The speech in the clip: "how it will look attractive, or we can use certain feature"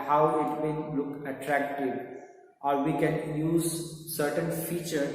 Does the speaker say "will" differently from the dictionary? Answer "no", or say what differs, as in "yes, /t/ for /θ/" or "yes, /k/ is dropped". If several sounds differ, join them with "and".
yes, /n/ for /l/